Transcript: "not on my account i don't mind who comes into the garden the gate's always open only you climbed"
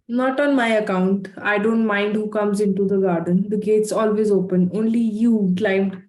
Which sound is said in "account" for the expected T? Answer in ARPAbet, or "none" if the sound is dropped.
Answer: T